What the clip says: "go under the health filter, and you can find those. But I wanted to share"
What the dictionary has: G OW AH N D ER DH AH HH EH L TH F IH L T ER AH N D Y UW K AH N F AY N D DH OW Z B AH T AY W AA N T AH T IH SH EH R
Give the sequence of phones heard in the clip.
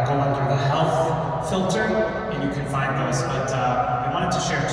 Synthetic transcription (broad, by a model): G OW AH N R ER DH AH HH EH L TH F IH L T ER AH N Y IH K AH N F AY N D DH OW Z B AH T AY W AA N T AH T IH SH EH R